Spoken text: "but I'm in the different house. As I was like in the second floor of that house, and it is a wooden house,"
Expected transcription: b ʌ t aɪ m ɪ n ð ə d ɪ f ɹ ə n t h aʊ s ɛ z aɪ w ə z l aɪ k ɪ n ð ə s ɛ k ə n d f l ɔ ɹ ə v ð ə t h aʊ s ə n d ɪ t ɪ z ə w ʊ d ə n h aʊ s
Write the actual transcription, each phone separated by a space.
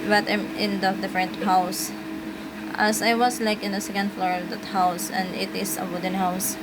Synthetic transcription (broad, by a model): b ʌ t aɪ m ɪ n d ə d ɪ f ɹ ə n t h aʊ s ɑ s aɪ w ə s l aɪ k ɪ n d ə s ɛ k ə n d f l ɔ ɹ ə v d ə t h aʊ s ə n d ɪ t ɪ s ə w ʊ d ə n h aʊ s